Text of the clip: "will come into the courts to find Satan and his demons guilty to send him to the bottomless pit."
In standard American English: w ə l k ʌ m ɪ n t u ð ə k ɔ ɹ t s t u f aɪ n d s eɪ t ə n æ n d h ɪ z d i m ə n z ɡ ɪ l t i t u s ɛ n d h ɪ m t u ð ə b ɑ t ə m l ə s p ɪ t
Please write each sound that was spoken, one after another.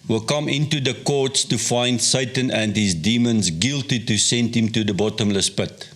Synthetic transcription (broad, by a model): w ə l k ʌ m ɪ n t u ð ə k ɔ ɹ t s t u f aɪ n d s eɪ t ə n æ n d h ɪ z d i m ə n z ɡ ɪ l t i t u s ɛ n d h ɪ m t u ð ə b ɑ t ə m l ə s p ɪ t